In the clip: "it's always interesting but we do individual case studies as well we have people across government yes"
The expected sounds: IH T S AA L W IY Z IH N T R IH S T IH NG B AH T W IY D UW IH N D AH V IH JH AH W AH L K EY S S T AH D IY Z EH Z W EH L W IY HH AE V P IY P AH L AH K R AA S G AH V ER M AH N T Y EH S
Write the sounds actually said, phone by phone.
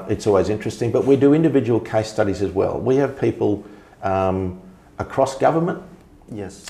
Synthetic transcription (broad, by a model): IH T S AA L W IY Z IH N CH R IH S T IH NG B AH T W IY D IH IH N D AH V IH JH AH W AH L K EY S S T AH D IY Z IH Z W EH L W IY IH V P IY P AH L AH K R AA S G AH V ER M AH N T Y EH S